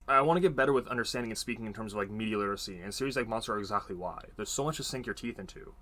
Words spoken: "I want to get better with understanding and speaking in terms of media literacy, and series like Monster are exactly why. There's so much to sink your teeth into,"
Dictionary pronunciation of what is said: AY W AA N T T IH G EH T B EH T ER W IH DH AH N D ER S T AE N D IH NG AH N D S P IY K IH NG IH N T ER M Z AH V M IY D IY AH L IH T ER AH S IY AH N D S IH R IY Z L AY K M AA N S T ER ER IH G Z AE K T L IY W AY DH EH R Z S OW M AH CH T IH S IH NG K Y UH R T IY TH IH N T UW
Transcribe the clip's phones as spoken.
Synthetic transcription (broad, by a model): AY W AA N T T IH G EH T B EH T ER W IH DH AH N D ER S T AE N D IH NG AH N S P IY K IH NG IH N T ER M Z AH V M IY D IY AH L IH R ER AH S IY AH N S IH R IY Z L AY K M AA N S T ER ER IH G Z AE K T L IY W AY DH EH R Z S OW M AH CH T IH S IH NG K Y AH R T IY TH IH N T UW